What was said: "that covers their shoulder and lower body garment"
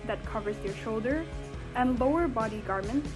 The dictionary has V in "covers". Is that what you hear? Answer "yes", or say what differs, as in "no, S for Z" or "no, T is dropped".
yes